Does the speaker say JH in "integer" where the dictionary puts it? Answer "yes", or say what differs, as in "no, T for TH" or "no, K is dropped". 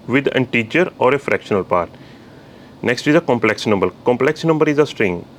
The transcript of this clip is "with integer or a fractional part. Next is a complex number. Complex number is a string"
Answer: no, CH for JH